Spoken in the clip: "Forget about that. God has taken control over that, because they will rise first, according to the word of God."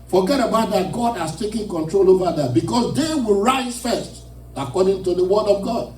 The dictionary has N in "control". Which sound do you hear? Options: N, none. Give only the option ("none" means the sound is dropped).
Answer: N